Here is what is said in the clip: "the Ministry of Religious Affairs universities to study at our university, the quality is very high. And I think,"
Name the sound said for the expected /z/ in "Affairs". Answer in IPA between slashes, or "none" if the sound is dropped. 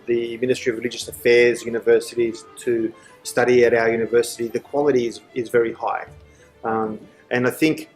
/z/